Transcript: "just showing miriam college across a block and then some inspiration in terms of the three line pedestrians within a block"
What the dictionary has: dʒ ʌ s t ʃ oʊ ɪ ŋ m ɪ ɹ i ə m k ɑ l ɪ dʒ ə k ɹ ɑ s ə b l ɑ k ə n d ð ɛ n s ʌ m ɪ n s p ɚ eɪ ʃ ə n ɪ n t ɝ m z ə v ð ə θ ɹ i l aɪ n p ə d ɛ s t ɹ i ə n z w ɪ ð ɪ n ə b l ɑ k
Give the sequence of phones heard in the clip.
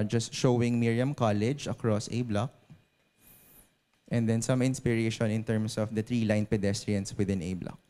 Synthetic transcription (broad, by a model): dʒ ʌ s t ʃ oʊ ɪ ŋ m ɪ ɹ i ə m k ɑ l ɪ dʒ ə k ɹ ɑ s ə b l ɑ k ə n d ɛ n s ʌ m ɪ n s p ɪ eɪ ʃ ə n ɪ n t ɝ m s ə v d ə t ɹ i l aɪ n p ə d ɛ s t ɹ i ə n s w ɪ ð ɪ n ə b l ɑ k